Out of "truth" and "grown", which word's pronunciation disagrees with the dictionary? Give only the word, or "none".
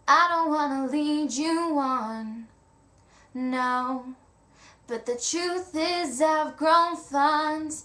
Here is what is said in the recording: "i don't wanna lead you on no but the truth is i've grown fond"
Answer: none